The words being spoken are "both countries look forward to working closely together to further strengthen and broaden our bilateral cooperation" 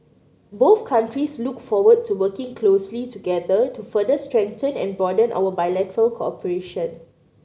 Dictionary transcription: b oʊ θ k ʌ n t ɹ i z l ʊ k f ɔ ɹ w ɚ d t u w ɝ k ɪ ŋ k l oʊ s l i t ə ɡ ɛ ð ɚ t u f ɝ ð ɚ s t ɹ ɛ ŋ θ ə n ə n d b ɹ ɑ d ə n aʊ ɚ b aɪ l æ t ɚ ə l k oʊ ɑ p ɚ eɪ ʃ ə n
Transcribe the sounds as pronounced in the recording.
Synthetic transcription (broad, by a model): b oʊ θ k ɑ n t ɹ i s l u k f ɔ w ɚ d t u w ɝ k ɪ ŋ k l oʊ s l i t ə ɡ ɛ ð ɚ t u f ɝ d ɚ s t ɹ ɛ ŋ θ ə n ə n b ɑ d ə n aʊ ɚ b aɪ l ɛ t ɚ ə l k oʊ ɑ p ɚ eɪ ʃ ə n